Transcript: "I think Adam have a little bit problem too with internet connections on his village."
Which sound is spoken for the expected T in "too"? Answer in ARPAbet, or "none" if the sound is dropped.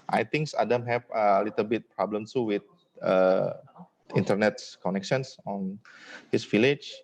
S